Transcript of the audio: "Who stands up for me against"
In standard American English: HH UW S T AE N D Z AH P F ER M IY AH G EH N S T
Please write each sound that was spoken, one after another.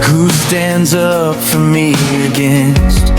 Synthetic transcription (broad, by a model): HH UW S T AE N D Z AH P F ER M IY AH G EH N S T